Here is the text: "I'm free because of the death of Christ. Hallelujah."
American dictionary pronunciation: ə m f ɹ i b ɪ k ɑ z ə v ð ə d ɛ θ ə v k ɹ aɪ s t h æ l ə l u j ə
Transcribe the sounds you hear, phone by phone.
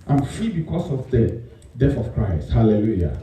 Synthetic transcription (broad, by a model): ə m f i b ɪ k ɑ s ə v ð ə d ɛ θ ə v k ɹ aɪ s t h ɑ l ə l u j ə